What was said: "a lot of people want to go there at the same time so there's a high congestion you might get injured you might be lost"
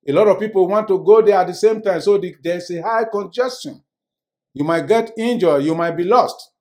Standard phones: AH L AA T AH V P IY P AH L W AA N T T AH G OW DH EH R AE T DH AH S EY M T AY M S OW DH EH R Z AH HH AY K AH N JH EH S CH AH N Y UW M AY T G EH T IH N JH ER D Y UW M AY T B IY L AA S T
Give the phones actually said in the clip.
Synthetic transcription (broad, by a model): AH L AA T AH V P IY P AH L W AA N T T AH G OW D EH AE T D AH S EY M T AY M S OW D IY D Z AH HH AY K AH N JH EH S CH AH N Y UW M AY T G EH T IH N JH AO Y UW M AY T B IY L AA S T